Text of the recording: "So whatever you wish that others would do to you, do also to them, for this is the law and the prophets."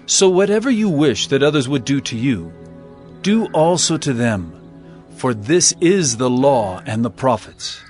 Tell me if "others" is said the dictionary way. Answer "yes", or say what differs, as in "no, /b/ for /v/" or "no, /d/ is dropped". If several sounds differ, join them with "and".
yes